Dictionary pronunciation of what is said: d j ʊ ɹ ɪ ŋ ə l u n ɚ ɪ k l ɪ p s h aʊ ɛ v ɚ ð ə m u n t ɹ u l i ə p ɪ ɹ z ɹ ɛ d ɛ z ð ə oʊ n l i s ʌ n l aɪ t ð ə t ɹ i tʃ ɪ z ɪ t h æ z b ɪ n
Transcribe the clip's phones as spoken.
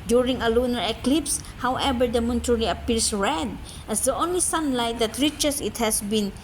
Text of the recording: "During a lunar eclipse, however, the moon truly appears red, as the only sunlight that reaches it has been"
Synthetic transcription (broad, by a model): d j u ɹ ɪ ŋ ə l u n ɚ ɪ k l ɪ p s h aʊ ɛ v ɚ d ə m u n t u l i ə p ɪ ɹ s ɹ ɛ d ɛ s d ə oʊ n l i s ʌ n l aɪ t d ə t ɹ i tʃ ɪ s ɪ t h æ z b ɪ n